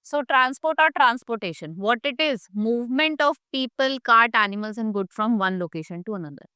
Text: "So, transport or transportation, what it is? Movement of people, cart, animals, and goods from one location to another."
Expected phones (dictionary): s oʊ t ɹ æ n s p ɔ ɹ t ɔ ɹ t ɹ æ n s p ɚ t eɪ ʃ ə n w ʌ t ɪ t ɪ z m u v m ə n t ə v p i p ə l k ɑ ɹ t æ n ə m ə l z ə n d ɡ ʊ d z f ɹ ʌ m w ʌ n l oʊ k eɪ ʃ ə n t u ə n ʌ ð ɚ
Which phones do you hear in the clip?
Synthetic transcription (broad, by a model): s oʊ t ɹ æ n s p ɔ ɹ t ɔ ɹ t ɹ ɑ n s p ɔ t eɪ ʃ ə n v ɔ t ɪ t ɪ z m u v m ə n t ə v p i p ə l k ɑ ɹ t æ n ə m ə l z ə n d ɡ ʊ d f ɹ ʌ m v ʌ n l oʊ k eɪ ʃ ə n t u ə n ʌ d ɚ